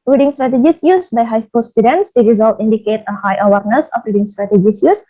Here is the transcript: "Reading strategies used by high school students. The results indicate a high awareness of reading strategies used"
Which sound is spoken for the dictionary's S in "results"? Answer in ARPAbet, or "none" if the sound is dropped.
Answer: none